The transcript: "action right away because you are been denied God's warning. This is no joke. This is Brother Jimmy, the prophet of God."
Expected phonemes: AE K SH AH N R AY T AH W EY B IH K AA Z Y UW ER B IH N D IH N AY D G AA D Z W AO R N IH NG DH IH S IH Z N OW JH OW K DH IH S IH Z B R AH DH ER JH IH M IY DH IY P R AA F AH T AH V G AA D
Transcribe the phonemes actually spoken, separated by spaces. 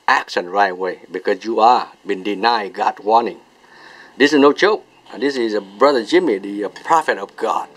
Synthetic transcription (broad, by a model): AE K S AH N R AY T W EY B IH K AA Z Y UW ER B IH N D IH N AY G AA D W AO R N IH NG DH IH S IH Z N OW CH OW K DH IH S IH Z B R AH DH ER JH IH M IY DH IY P R AA F AH T AH V G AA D